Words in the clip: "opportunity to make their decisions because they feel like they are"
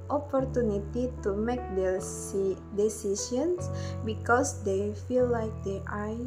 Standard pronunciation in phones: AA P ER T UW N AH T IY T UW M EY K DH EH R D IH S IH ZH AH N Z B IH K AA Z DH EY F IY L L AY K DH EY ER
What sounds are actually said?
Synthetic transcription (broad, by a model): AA P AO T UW N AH T IY T UW M EY K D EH D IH S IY S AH N S B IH K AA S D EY F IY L L AY K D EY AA